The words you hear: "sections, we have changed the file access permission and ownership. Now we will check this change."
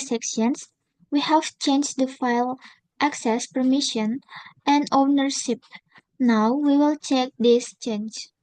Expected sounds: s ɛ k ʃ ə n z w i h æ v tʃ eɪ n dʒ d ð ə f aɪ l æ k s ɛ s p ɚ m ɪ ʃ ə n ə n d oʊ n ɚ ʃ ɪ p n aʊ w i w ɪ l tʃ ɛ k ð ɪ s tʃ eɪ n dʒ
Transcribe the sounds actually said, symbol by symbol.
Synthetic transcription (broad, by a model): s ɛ k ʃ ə n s w i h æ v tʃ eɪ n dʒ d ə f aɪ l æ k s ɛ s p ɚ m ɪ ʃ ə n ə n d oʊ n ɚ ʃ ɪ p n aʊ w i w ɪ l tʃ ɛ k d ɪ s tʃ eɪ n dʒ